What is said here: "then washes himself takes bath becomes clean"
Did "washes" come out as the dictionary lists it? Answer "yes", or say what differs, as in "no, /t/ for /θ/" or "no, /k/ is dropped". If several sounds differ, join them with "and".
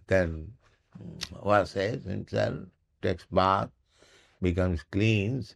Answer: no, /s/ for /ʃ/